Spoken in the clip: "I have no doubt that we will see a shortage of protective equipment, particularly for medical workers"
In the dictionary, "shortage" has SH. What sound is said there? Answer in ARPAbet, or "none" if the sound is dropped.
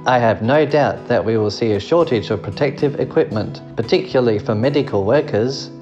SH